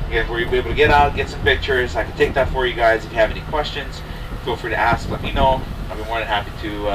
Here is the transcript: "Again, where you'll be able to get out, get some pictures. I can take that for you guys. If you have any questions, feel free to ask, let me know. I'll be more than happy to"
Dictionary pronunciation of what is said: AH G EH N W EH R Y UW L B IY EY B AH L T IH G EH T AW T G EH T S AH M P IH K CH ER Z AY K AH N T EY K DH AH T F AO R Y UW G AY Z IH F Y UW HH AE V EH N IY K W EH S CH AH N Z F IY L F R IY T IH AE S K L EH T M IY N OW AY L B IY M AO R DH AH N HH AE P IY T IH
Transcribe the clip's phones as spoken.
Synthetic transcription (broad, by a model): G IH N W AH R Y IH B IY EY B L T IH G EH T AW T G EH T S AH M P IH K CH ER Z AY K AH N T EY K DH AH T F AO R Y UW G AY Z IH F Y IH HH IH V EH N IY K W EH S CH AH N Z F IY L F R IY T IH AE S K L EH T M IY N OW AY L B IY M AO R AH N HH AE P IY T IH